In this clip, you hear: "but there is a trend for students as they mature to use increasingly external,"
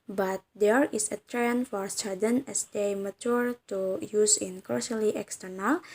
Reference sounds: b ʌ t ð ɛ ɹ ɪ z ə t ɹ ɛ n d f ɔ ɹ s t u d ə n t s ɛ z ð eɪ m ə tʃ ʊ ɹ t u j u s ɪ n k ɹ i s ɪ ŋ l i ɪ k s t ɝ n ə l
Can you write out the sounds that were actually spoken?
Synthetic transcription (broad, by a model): b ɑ t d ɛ ɹ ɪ s ə t ɹ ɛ n f ɔ ɹ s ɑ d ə n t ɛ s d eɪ m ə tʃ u ɹ t u j u s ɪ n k ɔ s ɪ l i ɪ k s t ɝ n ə l